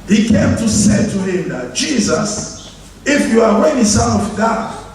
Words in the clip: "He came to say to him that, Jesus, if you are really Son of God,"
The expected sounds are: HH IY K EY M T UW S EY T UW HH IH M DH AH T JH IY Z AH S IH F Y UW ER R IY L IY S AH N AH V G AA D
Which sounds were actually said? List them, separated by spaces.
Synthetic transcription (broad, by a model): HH IY K EY M T UW S EY T UW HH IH M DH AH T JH IY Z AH S IH F Y UW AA W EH N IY S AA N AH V G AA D